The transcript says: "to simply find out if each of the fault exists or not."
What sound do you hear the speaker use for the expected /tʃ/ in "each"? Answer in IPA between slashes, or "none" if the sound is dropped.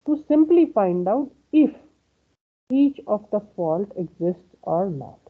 /tʃ/